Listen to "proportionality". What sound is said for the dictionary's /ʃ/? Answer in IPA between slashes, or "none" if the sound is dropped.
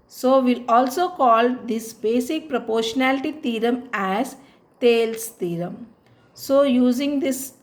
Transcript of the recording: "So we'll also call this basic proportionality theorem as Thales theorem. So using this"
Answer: /ʃ/